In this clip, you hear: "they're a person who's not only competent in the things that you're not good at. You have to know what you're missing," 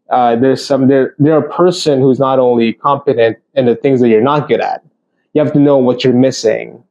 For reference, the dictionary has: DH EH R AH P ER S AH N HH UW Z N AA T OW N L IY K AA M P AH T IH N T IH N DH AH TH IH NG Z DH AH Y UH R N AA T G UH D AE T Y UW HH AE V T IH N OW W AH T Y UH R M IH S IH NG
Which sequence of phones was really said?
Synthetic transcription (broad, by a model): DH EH R AH P ER S AH N HH UW Z N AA T OW N L IY K AA M P AH T IH N T IH N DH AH TH IH NG Z DH AH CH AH R N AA T G UH D AE T Y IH HH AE F T IH N OW W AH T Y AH R M IH S IH NG